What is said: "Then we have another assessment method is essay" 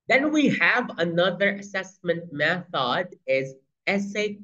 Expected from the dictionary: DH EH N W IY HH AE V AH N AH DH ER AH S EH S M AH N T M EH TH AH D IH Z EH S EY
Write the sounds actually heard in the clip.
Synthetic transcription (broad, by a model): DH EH N W IY HH AE V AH N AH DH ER AH S EH S M AH N T M EH TH AH D IH Z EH S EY